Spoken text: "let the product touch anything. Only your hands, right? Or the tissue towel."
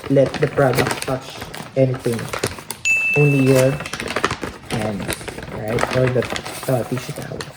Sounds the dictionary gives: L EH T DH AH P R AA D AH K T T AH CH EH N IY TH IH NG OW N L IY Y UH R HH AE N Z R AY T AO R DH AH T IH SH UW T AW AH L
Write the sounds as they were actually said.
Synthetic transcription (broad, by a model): L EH T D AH P R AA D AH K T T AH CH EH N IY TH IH NG OW N L IY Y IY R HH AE N R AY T AO R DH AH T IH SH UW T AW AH